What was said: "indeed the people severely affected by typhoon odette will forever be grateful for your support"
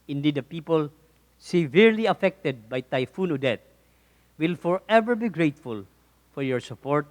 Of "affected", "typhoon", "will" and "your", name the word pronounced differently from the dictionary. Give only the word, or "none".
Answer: none